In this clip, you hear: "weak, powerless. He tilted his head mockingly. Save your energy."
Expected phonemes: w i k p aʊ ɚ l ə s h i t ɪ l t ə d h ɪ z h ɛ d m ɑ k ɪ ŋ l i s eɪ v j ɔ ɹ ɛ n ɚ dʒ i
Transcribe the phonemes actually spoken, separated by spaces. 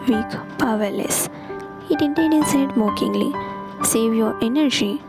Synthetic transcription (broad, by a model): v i k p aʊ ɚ l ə s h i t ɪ n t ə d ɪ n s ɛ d m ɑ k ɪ ŋ l i s eɪ v j ɔ ɹ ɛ n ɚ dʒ i